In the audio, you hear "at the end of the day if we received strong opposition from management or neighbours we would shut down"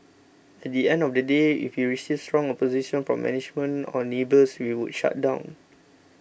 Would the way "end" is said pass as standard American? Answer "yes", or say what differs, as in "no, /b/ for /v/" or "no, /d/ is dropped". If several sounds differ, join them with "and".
yes